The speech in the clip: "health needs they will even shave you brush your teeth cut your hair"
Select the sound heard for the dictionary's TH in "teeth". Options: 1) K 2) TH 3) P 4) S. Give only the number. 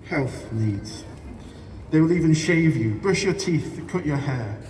2